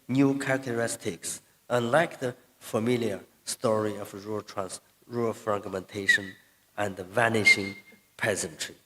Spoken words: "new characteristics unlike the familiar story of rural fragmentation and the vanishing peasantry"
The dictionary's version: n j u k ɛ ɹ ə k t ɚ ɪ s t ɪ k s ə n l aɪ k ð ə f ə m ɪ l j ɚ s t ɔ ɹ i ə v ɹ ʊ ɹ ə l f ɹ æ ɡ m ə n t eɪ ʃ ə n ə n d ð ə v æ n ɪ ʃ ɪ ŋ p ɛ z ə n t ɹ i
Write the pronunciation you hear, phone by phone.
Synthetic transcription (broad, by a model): n j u k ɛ ɹ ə k t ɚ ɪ s t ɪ k s ə n l aɪ k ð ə f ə m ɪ l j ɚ s t ɔ ɹ i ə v ɹ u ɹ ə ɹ f ɹ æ ɡ m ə n t eɪ ʃ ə n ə n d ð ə v æ n ɪ ʃ ɪ ŋ p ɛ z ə n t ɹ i